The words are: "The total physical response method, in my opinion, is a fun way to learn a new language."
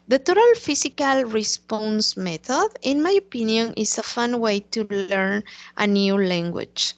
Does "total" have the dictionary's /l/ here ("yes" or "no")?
yes